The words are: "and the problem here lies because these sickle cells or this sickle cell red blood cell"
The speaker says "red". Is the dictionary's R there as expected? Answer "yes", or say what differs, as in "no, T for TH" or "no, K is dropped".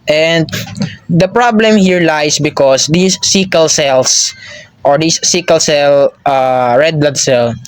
yes